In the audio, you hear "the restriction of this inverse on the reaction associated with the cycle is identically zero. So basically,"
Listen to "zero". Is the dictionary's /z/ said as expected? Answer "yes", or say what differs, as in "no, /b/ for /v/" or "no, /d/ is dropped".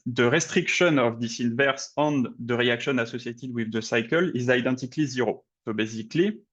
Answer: yes